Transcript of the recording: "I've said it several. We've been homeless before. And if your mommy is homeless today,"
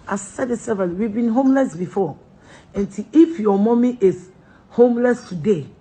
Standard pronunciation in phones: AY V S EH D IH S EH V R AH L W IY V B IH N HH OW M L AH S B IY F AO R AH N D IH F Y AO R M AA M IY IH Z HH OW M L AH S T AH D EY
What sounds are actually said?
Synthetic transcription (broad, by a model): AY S S EH D IH S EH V AH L W IY V B IH N HH OW M L AH S B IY F AO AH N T IH F Y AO M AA M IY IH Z HH OW M L AH S T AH D EY